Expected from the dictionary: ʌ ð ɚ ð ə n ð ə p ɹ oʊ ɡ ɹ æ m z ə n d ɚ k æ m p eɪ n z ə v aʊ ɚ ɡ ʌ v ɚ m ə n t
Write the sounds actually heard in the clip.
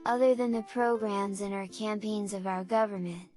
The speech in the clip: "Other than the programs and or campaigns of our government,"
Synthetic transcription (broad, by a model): ʌ ð ɚ ð ə n ð ə p ɹ oʊ ɡ ɹ æ m z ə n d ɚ k æ m p eɪ n z ə v aʊ ɚ ɡ ʌ v ɚ m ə n t